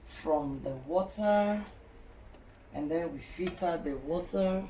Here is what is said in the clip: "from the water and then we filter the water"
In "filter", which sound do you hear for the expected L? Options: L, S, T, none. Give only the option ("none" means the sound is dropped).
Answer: none